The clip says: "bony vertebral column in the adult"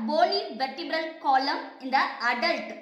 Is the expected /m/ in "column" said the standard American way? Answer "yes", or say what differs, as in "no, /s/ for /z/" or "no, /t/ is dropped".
yes